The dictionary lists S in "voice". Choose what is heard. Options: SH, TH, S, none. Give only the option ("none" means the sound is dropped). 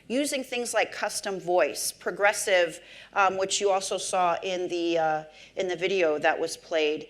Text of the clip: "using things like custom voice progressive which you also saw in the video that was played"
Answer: S